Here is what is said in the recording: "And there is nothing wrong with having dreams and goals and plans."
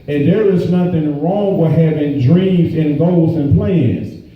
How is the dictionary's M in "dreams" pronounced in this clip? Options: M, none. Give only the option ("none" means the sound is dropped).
M